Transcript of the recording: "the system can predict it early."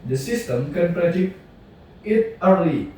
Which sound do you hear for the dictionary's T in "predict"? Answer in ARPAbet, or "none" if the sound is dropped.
none